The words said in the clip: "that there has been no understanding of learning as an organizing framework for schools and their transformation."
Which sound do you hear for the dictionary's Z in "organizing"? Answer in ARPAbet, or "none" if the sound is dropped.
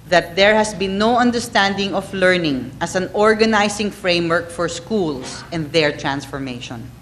S